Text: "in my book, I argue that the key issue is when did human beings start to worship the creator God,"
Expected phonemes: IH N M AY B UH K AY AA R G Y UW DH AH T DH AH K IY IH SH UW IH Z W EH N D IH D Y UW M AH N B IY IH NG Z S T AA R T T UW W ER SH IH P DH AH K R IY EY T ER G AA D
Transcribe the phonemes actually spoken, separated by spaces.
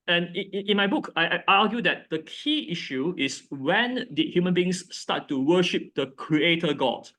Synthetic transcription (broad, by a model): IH N M AY B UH K AY AA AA G Y UW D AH T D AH K IY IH SH UW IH S W EH N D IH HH Y UW M AH N B IY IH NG S T AA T T UW W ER SH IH P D AH K R IY EY T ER G AA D